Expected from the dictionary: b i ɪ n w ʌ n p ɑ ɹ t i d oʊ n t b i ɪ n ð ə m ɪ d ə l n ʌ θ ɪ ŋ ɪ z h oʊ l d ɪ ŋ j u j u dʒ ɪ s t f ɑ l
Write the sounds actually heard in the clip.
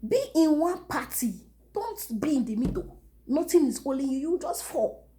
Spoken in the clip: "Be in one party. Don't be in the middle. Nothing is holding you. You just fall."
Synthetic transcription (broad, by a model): b i ɪ n w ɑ n p ɑ t i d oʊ n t b i ɪ n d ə m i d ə n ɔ t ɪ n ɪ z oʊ l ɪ j u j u dʒ ɪ s t f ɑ